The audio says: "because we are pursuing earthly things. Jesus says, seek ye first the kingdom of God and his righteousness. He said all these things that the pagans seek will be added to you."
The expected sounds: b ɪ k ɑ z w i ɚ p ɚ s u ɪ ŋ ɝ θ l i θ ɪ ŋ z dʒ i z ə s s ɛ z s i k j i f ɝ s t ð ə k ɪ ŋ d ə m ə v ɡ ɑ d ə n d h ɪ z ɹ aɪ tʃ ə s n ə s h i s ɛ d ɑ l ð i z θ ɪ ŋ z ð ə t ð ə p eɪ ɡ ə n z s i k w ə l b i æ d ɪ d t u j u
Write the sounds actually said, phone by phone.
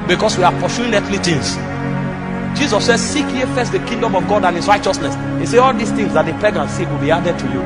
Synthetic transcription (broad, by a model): b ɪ k ɑ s w i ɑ p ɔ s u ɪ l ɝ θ l i t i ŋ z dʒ i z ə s s ɛ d s i k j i f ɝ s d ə k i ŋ d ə m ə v ɡ ɑ d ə n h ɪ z ɹ aɪ tʃ ə s n ə s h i s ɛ ɑ l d i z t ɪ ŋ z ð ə t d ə p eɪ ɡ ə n s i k w ə l b i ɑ d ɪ d t u j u